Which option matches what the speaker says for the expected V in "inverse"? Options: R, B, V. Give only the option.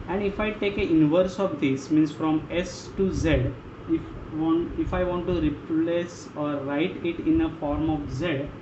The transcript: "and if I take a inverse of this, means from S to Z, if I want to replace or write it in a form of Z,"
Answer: V